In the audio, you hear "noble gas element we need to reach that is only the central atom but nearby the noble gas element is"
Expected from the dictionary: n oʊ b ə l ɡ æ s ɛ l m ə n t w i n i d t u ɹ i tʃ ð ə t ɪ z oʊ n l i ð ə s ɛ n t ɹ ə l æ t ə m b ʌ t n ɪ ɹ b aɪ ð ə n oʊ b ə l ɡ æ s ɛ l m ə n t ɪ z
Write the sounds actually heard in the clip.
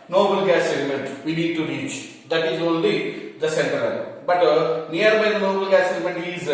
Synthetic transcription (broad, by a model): n oʊ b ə l ɡ æ s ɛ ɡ m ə n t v i n i d t u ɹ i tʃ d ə t ɪ z oʊ n l i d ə s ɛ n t ə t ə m b ʌ t n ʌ ɹ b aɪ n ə n oʊ b ə l ɡ æ s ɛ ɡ m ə n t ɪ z